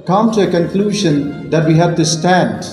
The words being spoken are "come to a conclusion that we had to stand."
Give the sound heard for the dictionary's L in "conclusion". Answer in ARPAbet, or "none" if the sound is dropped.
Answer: L